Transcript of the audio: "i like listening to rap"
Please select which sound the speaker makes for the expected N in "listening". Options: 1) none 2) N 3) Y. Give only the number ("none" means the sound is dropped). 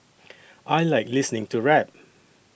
2